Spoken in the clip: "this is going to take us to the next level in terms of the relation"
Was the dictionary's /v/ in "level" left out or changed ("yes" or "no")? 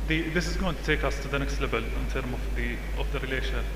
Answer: yes